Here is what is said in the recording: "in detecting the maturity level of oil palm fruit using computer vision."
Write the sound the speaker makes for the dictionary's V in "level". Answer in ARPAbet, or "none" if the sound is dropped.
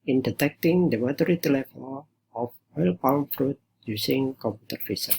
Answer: F